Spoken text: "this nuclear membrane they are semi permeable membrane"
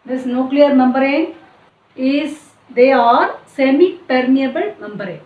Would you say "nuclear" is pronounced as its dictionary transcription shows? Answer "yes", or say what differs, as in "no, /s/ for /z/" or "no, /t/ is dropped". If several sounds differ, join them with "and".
yes